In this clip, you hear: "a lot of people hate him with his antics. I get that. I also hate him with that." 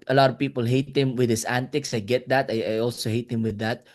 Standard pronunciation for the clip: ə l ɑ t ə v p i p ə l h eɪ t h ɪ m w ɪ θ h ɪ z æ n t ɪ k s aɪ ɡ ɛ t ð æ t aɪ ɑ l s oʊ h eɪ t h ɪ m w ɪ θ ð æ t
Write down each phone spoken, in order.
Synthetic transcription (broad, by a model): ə l ɑ t ə v p i p ə l h eɪ t h ɪ m w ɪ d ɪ s æ n t ɪ k s aɪ ɡ ɛ t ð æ t aɪ ɑ l s oʊ h eɪ t h ɪ m w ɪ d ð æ t